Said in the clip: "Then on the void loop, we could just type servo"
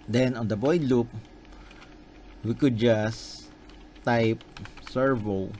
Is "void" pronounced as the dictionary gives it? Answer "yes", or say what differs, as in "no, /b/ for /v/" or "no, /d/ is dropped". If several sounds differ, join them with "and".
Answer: no, /b/ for /v/